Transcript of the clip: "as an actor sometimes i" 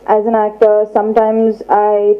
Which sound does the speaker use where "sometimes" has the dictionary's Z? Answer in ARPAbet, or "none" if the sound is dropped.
Z